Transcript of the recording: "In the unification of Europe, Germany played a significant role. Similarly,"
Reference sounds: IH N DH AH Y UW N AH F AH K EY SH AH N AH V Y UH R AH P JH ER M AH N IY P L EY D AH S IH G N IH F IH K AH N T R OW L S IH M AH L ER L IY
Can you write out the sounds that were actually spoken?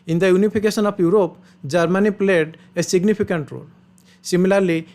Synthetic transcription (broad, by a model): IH N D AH Y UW N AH P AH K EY S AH N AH P Y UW R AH P JH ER M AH N IY P L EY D AH S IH G N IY P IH K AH N T R OW L S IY M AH L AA L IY